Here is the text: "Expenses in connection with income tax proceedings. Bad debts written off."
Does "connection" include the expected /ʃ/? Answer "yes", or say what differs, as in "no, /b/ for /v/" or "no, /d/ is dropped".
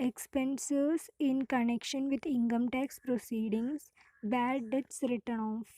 yes